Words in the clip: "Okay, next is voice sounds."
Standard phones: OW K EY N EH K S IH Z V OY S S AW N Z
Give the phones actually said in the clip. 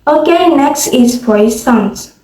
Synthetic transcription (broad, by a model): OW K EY N EH K S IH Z F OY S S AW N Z